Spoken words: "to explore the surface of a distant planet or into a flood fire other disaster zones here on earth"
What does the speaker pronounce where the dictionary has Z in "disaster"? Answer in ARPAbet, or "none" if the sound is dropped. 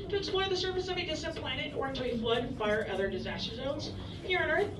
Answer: Z